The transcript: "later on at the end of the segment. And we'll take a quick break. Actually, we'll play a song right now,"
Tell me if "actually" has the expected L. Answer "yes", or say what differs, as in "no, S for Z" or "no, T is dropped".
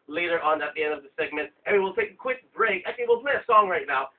no, L is dropped